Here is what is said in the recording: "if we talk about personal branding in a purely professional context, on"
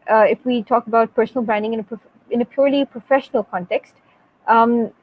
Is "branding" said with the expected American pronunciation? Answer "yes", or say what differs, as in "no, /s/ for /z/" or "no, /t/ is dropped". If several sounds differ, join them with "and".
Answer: no, /ɹ/ is dropped